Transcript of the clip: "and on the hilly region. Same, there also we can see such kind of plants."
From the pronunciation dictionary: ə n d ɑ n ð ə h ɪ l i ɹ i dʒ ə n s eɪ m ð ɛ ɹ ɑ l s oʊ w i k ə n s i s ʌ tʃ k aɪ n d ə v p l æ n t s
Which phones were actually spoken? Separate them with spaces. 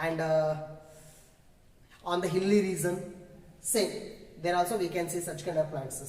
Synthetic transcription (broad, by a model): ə n d ɑ n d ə h ɪ l i ɹ i z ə n s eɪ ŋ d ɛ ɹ ɑ l s oʊ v i k ə n s i s ʌ tʃ k aɪ n d ə v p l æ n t s